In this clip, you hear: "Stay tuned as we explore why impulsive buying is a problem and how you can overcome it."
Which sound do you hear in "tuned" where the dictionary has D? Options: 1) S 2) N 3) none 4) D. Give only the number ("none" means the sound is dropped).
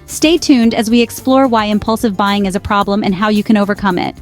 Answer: 4